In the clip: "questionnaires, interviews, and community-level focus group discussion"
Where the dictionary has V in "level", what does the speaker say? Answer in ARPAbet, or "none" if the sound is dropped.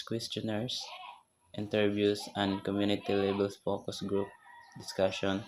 B